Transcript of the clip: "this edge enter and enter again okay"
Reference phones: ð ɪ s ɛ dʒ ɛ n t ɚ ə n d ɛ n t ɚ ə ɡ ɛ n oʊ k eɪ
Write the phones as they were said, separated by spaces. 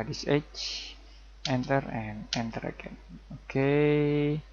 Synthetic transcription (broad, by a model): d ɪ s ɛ tʃ ɛ n t ɚ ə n ɛ n t ɚ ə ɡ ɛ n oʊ k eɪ